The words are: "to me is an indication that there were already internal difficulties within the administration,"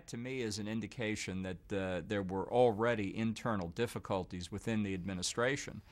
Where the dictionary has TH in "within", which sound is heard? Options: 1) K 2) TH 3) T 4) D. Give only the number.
2